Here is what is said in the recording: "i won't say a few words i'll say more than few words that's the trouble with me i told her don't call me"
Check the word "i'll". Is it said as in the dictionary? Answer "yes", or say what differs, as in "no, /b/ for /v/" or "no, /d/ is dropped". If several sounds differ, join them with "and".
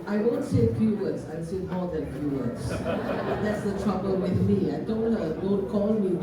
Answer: no, /n/ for /l/